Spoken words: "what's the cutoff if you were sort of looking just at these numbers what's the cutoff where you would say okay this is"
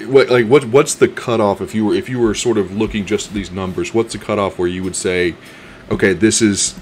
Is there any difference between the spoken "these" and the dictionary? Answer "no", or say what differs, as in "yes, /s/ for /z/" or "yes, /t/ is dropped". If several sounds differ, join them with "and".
no